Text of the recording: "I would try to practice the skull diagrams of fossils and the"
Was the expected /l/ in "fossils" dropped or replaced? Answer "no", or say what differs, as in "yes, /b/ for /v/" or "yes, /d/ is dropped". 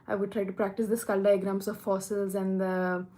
no